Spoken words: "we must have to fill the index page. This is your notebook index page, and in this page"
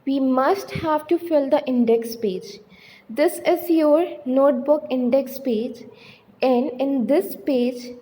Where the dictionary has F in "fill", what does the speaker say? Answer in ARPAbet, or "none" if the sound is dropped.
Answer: F